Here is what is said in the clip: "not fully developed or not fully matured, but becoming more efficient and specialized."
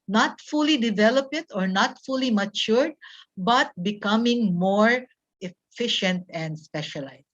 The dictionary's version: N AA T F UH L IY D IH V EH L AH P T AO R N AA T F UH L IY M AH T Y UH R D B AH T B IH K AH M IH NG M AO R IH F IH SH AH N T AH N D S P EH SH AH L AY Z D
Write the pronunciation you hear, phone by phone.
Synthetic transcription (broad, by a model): N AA T F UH L IY D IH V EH L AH P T AO R N AA T F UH L IY M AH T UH R D B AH T B IH K AH M IH NG M AO R IH F IH SH AH N T AH N D S P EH SH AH L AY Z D